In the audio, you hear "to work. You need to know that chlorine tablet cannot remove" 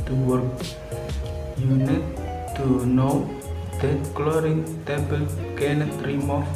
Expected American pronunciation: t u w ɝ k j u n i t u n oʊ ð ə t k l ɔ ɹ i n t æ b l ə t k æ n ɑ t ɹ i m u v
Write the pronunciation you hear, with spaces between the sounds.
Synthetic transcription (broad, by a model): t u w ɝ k j u n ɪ t u n oʊ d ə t k l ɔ ɹ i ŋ t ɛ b ə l k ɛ n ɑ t ɹ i m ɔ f